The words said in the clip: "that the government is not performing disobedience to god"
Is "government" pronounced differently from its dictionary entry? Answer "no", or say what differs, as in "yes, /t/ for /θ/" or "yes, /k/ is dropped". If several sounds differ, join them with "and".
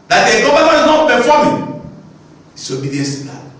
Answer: yes, /t/ is dropped